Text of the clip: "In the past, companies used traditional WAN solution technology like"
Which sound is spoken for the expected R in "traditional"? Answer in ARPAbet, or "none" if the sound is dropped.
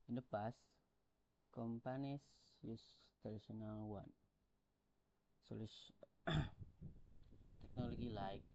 none